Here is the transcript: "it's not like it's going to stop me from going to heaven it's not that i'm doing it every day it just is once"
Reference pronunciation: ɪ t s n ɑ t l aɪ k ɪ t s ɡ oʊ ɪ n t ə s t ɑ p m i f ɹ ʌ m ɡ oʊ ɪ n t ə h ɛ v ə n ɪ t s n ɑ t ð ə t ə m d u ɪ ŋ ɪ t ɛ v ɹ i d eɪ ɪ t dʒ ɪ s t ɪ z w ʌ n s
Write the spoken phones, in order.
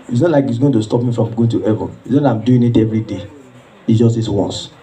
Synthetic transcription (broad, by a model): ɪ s n ɑ t l aɪ k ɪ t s ɡ oʊ ɪ n t ə s t ɑ p m i f ɹ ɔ m ɡ oʊ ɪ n t ə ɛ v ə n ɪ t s n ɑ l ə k ə m d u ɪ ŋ ɪ t ɛ v ɹ i d eɪ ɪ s dʒ ɪ s t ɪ s w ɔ n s